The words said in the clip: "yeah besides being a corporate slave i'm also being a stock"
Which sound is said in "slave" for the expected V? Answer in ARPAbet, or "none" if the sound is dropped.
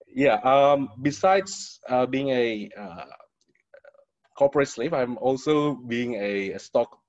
P